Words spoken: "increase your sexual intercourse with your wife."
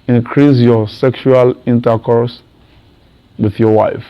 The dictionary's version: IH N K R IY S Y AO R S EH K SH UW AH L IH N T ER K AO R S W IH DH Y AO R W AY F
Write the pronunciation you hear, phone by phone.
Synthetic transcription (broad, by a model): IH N K R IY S Y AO S EH K SH UW AH L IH N T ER K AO R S W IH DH Y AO W AY F